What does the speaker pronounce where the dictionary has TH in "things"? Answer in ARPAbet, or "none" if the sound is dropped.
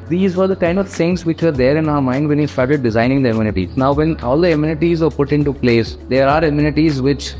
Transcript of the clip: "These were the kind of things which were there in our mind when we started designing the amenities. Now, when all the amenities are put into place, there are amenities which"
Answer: S